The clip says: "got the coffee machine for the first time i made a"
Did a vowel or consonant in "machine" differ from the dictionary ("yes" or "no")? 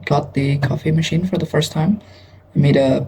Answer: no